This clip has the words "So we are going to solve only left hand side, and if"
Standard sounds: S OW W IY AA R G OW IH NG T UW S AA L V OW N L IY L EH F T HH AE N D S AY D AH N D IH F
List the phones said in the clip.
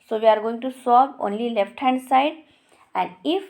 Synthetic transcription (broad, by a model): S OW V IY AA R G OW IH NG T UW S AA V OW N L IY L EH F T HH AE N D S AY D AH N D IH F